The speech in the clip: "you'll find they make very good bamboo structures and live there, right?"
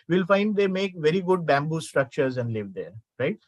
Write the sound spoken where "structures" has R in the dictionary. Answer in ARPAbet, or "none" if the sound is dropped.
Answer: R